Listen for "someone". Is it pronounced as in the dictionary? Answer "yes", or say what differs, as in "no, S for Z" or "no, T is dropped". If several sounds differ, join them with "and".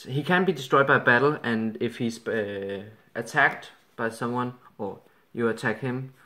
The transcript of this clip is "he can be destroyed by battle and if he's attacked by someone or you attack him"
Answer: yes